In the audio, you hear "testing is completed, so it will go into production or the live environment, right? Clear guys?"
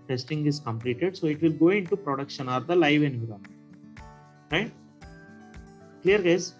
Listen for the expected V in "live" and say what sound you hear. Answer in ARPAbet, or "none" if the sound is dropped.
V